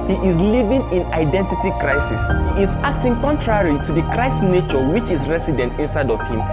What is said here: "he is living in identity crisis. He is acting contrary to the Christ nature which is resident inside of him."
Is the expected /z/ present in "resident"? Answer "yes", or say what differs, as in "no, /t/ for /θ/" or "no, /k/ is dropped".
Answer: no, /s/ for /z/